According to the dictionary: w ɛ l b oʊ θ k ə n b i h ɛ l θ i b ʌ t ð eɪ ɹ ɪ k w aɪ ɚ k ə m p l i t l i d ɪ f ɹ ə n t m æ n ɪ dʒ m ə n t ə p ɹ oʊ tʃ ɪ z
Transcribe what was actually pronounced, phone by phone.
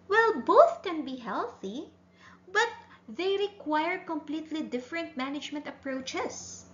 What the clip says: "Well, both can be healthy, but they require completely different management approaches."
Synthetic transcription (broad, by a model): w ɛ l b oʊ θ k ə n b i h ɛ l θ i b ʌ t ð eɪ ɹ ɪ k w aɪ ɚ k ə m p l i t l i d ɪ f ɹ ə n t m æ n ɪ dʒ m ə n t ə p ɹ oʊ tʃ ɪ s